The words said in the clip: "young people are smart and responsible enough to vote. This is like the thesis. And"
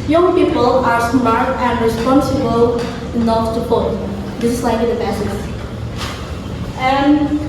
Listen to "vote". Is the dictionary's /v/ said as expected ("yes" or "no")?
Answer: no